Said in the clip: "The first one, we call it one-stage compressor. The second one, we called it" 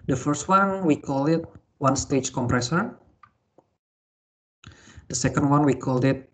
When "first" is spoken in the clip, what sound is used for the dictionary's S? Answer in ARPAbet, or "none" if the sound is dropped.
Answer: S